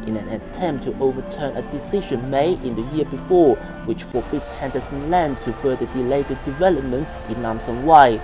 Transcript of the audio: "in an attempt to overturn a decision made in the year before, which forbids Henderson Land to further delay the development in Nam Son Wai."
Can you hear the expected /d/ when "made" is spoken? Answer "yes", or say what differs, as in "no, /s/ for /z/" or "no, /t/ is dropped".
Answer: no, /d/ is dropped